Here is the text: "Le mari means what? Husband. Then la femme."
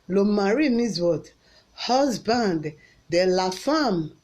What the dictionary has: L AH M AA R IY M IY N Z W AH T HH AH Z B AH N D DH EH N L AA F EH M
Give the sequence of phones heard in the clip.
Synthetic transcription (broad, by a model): L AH M AA R IY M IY Z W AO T HH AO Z B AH N D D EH L AA F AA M